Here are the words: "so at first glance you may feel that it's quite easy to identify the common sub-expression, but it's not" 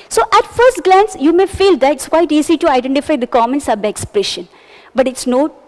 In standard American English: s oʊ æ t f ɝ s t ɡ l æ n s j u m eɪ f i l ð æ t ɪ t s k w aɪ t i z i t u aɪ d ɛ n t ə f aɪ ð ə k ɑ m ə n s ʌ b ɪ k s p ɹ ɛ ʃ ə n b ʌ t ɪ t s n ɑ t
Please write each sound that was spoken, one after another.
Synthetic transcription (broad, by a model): s oʊ æ t f ɝ s t ɡ l æ n s j u m eɪ f i l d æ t ɪ t s k w aɪ t i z i t u aɪ d ɛ n t ə f aɪ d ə k ɑ m ə n s ʌ b ɪ k s p ɹ ɛ ʃ ə n b ʌ t ɪ t s n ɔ